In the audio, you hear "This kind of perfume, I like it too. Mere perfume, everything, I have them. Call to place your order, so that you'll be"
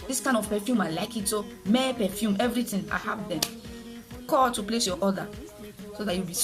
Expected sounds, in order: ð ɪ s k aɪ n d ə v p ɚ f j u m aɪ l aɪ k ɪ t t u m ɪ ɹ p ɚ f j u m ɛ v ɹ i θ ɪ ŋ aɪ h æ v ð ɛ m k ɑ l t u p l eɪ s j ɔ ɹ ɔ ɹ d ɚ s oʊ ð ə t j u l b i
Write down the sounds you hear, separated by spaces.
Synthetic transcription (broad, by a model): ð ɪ s k aɪ n ə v p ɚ f j u m aɪ l aɪ k ɪ t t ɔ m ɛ p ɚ f j u m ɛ v ɹ i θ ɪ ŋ aɪ h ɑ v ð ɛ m k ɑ t u p l eɪ s j ɔ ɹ ɔ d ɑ s oʊ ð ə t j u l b i